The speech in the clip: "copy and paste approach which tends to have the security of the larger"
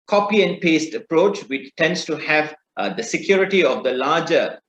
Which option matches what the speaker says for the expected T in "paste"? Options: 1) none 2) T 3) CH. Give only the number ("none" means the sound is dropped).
2